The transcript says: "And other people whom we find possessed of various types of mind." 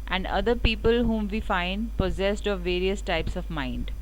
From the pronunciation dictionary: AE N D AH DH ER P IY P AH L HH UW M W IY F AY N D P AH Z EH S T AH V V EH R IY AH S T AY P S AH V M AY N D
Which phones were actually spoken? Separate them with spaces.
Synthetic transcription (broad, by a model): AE N D AH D ER P IY P AH L HH UW M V IY F AY N D P AH Z EH S T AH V V EH R IY AH S T AY P S AH V M AY N D